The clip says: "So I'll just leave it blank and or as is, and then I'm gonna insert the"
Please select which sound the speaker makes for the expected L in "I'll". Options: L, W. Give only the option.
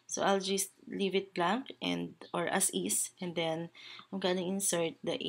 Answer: L